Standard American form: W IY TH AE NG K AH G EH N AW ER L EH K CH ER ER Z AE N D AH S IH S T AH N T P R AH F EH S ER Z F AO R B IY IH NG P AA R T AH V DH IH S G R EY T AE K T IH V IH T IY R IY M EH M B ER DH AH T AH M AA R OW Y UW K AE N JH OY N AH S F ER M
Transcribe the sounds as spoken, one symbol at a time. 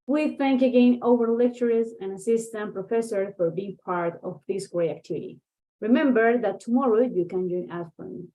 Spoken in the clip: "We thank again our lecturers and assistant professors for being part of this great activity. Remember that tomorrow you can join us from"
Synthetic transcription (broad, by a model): W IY TH AE NG K AH G EH N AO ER L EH K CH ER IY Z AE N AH S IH S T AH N P R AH F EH S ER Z F AO R B IY IH NG P AA R T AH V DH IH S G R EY AE K T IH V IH T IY R IY M EH M B ER DH AH T AH M AA R OW Y UW K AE N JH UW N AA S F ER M